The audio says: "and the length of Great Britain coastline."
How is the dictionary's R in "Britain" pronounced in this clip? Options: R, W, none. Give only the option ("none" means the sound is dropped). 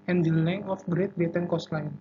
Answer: none